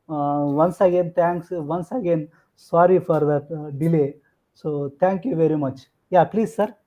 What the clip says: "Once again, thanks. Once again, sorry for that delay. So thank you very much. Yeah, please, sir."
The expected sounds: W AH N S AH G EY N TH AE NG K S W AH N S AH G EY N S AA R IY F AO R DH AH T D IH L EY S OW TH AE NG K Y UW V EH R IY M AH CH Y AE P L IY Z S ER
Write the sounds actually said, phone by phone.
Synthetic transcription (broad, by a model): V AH N S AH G EY N T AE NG K S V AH N S AH G EY N S AA R IY F AO R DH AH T D IH L EY S OW T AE NG K Y UW V EH R IY M AH CH Y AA P L IY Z S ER